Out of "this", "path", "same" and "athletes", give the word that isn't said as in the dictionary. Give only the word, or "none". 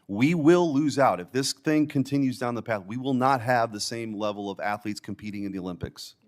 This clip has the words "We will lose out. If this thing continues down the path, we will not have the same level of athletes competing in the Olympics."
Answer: none